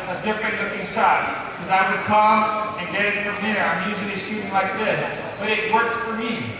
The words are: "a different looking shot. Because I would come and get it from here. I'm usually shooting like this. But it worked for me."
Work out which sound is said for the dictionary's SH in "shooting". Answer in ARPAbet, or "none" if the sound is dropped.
S